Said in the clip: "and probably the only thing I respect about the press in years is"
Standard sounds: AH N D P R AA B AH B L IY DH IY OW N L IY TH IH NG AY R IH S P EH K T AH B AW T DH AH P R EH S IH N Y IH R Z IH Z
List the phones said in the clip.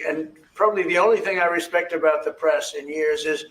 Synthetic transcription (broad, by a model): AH N P R AA B AH B L IY DH IY OW N L IY TH IH NG AY R IH S P EH K T AH B AW T DH AH P R EH S IH N Y IH R Z IH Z